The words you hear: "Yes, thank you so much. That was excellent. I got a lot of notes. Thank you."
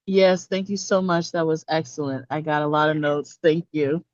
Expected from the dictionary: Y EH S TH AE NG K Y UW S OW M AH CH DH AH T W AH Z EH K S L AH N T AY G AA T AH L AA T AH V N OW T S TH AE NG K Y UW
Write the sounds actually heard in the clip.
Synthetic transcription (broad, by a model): Y EH S TH AE NG K Y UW S OW M AH CH DH AH T W AH Z EH K S L AH N T AY G AA T AH L AA T AH V N OW T S TH AE NG K Y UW